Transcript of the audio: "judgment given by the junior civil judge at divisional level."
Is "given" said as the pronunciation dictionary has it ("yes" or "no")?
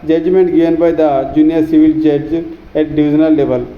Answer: no